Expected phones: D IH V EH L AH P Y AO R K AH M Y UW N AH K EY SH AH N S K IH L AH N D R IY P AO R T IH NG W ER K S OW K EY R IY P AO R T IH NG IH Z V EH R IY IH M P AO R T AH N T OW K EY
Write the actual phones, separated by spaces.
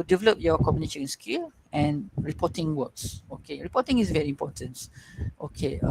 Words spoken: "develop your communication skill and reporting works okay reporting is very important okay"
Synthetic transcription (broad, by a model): D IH V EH L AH P Y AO K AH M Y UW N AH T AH AH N S K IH L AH N R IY P AO T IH NG W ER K S OW K EY R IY P AO T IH NG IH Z V EH R IY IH M P AO T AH N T OW K EY